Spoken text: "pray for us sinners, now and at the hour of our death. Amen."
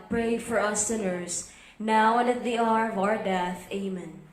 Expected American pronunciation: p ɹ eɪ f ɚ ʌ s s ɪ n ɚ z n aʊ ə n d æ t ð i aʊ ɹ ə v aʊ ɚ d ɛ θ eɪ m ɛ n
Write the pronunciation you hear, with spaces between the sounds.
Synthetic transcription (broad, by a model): p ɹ eɪ f ɚ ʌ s s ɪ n ɚ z n aʊ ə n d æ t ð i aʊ ɹ ə v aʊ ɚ d ɛ θ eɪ m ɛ n